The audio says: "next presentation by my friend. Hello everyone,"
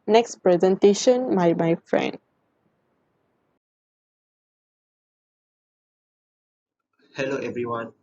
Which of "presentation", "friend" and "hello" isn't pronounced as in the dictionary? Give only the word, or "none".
none